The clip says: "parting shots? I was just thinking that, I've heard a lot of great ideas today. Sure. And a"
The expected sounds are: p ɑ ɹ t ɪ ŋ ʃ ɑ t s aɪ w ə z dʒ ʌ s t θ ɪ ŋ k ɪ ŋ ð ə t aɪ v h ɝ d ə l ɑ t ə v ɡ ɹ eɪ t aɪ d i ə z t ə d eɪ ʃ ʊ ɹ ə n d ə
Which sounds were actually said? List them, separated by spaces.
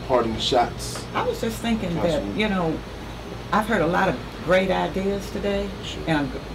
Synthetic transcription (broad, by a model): p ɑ ɹ t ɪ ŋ ʃ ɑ t s aɪ w ə z dʒ ʌ s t θ ɪ ŋ k ɪ ŋ ð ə t aɪ v h ɝ d ə l ɑ t ə v ɡ ɹ eɪ t aɪ d i ə z t ə d eɪ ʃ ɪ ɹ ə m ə